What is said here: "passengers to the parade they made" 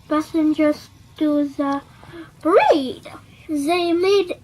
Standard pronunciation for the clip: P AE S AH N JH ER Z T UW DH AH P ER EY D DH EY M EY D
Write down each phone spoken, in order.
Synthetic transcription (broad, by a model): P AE S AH N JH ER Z T UW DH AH B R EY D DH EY M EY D